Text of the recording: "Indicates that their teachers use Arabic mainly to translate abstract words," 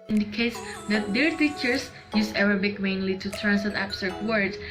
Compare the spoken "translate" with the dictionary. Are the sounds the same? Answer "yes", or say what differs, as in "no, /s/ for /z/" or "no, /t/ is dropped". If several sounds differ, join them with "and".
no, /l/ is dropped